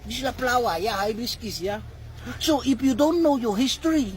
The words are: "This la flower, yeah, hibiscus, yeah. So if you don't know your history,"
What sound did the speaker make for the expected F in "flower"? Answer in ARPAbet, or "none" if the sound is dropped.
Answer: P